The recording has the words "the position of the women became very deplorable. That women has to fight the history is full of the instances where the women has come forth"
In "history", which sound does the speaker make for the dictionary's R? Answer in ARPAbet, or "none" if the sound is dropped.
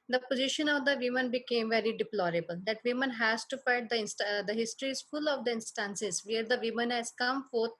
R